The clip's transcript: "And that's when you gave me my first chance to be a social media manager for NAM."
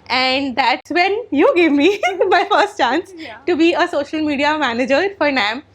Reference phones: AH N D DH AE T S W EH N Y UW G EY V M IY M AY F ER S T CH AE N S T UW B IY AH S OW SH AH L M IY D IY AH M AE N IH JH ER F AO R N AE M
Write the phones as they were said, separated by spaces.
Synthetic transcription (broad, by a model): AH N D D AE T S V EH N Y UW G EY V M IY M AY F ER S T CH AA N S T UW B IY AH S OW SH AH L M IY D IY AH M AE N IH JH ER F AO R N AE M